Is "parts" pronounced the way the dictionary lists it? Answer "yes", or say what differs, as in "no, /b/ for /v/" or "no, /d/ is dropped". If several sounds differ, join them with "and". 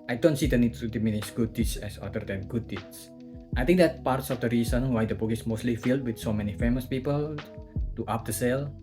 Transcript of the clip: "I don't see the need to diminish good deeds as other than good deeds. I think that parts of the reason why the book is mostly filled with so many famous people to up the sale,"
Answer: yes